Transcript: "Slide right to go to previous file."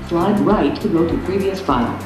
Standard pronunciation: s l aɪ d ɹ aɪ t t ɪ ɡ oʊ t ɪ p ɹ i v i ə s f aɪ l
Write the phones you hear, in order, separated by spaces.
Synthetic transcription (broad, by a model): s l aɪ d ɹ aɪ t t ɪ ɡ oʊ t ɪ p ɹ i v i ə s f aɪ l